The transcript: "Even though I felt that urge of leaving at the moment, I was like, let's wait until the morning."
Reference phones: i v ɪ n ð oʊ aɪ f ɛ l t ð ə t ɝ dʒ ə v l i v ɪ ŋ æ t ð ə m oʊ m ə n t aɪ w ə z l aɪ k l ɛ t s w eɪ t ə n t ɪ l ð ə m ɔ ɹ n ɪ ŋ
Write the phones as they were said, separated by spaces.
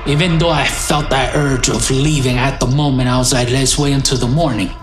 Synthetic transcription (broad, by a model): i v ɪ n ð oʊ aɪ f ɛ l t ð ə t ɝ dʒ ə v l i v ɪ ŋ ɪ t ð ə m oʊ m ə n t aɪ w ə z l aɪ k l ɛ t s w eɪ ə n t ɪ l ð ə m ɔ ɹ n ɪ ŋ